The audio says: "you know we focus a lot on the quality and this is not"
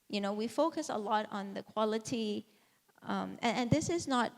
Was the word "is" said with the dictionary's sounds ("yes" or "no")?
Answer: yes